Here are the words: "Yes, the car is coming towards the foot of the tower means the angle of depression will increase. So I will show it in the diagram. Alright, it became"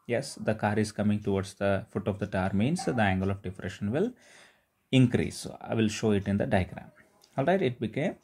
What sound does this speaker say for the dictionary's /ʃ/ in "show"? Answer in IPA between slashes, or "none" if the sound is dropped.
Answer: /ʃ/